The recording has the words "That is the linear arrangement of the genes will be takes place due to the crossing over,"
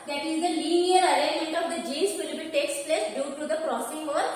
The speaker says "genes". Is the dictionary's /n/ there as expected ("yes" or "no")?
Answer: no